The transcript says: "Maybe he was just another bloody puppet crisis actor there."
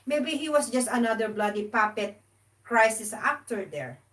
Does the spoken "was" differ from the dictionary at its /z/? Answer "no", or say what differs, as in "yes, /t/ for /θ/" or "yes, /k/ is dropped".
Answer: yes, /s/ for /z/